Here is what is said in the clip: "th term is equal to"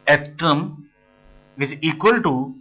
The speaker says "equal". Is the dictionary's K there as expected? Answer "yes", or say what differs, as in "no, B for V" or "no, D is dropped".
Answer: yes